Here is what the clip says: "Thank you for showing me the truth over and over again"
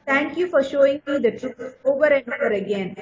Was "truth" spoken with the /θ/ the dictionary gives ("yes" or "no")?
no